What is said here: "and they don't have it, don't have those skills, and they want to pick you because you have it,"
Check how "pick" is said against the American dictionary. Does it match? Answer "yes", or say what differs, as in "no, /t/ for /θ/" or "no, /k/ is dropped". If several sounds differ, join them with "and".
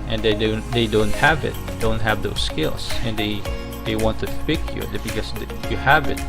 no, /f/ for /p/